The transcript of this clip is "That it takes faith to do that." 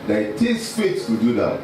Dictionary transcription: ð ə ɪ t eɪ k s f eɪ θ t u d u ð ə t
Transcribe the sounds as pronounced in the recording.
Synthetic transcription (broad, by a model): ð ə ɪ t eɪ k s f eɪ s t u d u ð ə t